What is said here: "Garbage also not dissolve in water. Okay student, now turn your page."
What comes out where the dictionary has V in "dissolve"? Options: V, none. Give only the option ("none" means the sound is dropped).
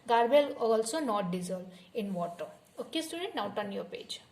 none